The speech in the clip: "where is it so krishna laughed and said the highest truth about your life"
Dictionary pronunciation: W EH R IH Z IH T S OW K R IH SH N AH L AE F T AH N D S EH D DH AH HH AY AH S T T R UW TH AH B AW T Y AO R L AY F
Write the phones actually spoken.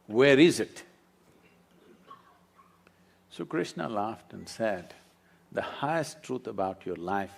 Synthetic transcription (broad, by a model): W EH R IH Z IH T S OW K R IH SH N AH L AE F T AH N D S EH D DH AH HH AY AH S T T R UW T AH B AW T Y AO R L AY F